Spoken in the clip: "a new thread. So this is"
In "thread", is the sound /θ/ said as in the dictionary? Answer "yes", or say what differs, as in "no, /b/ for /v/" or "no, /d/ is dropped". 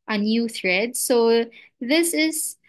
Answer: yes